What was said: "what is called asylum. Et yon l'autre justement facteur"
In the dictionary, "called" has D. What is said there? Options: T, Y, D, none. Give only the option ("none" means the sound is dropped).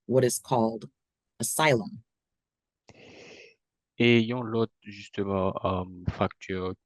D